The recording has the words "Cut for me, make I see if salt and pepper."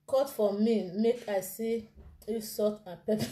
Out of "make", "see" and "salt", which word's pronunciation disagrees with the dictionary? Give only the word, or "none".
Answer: salt